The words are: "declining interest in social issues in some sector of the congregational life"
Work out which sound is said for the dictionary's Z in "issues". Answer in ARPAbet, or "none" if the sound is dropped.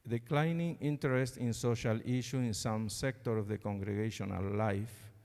none